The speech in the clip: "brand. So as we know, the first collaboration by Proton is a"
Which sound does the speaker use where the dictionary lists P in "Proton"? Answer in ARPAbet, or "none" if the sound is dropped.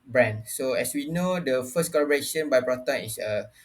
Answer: B